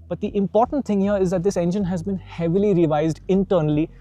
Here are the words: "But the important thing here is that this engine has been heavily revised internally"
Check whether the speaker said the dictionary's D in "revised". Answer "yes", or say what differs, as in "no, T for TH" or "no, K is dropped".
yes